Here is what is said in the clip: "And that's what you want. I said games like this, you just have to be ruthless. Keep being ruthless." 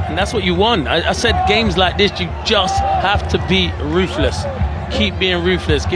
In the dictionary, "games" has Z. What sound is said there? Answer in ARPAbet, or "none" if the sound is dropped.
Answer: Z